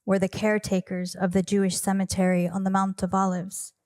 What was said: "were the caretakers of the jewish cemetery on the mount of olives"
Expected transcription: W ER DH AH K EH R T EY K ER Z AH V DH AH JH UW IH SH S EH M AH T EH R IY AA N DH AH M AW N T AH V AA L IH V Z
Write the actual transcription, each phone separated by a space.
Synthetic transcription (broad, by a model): W ER DH AH K EH R T EY K ER Z AH V DH AH JH UW IH SH S EH M AH T EH R IY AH N DH AH M AW N T AH V AA L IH V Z